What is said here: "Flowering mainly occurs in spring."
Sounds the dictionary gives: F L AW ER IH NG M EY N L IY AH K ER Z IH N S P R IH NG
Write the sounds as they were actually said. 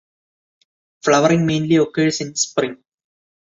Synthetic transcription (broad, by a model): F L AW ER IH NG M EY N L IY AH K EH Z IH N S P R IH NG